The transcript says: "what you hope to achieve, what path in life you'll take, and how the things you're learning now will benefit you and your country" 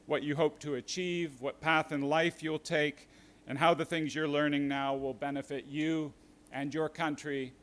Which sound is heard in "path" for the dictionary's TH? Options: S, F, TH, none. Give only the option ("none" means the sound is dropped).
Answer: TH